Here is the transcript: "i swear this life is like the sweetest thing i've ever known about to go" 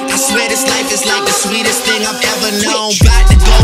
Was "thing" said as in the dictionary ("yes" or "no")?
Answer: yes